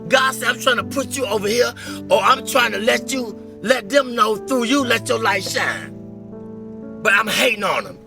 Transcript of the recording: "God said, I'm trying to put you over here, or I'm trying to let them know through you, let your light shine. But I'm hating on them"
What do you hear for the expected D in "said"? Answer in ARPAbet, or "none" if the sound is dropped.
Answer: none